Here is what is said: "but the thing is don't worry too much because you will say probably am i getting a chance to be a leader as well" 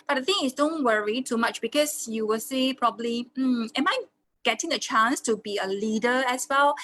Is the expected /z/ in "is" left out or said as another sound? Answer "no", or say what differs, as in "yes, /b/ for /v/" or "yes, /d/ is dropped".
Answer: yes, /s/ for /z/